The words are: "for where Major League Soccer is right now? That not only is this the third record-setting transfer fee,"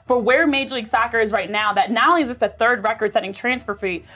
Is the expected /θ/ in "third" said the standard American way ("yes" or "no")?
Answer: yes